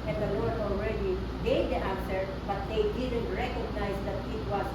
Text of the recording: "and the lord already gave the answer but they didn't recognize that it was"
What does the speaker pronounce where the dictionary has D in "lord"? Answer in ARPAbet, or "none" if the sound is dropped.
none